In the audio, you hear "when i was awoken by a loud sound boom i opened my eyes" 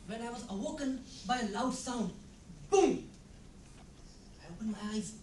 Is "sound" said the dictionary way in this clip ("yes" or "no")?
yes